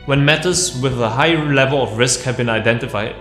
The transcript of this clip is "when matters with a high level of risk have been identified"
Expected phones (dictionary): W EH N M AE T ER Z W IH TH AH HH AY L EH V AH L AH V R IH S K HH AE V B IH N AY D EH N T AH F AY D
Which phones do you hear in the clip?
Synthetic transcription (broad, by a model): W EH N M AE T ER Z W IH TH AH HH AY L EH V AH L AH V R IH S K HH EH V B IH N AY D EH N T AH F AY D